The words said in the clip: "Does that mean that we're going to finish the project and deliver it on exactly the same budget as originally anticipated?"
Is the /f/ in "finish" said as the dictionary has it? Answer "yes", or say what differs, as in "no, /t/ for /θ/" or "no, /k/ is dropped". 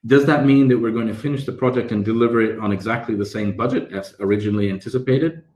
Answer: yes